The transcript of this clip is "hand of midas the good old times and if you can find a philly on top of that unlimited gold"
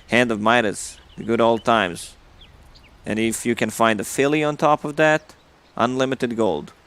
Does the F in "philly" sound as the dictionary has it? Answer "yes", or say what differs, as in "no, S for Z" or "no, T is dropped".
yes